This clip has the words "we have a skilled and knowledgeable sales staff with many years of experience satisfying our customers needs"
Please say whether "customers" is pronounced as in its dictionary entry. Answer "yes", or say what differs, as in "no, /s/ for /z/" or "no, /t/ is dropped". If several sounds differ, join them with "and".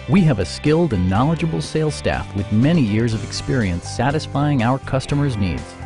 yes